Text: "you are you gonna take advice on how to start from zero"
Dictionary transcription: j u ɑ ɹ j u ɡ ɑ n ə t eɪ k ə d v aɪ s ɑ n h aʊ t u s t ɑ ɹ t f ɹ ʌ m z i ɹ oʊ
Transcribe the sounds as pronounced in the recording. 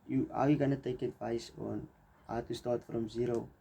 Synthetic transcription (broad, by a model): j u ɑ w j u ɡ ɑ n ə t eɪ k ə d v aɪ s ɑ n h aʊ t u s t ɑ t f ɹ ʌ m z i ɹ oʊ